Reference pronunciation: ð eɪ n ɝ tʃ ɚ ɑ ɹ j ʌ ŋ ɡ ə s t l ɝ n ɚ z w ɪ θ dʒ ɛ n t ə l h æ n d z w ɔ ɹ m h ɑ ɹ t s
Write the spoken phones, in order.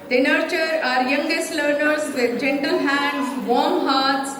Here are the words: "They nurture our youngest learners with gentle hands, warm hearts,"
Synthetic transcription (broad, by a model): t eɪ n ɝ tʃ ɚ ɑ ɹ j ʌ ŋ ɡ ə s t l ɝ n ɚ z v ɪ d dʒ ɛ n t ə l h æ n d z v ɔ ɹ m h ɑ ɹ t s